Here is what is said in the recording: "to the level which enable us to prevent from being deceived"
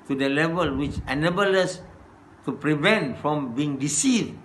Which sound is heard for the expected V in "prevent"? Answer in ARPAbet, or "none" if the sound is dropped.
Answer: V